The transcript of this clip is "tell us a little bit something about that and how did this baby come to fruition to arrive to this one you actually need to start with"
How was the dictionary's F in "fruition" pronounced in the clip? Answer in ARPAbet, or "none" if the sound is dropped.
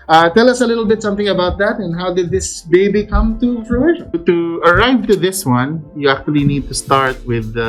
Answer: P